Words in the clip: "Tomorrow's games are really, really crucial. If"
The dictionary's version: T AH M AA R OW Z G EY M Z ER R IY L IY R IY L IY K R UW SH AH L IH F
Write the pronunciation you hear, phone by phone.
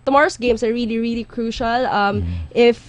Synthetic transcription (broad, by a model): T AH M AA R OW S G EY M S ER R IY L IY R IY L IY K R UW SH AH L IH F